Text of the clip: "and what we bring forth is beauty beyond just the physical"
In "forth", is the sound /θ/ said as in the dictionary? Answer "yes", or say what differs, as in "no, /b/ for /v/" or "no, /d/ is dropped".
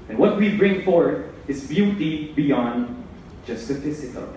no, /t/ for /θ/